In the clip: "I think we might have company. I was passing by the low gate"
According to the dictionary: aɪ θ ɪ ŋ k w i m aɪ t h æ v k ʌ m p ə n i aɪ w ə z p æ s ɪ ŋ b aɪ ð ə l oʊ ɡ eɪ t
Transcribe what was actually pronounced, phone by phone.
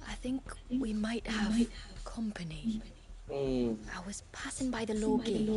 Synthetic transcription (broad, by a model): aɪ θ ɪ ŋ k w i m aɪ t h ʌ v k ʌ m p ə n i aɪ w ə z p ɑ s ɪ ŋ b aɪ ð ə l oʊ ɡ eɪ